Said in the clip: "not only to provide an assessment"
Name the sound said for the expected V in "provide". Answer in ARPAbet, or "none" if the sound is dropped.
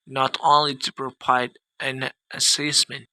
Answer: P